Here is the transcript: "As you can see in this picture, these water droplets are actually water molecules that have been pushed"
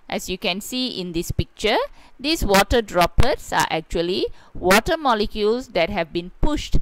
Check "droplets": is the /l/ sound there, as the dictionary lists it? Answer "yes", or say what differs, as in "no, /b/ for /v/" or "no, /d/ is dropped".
no, /l/ is dropped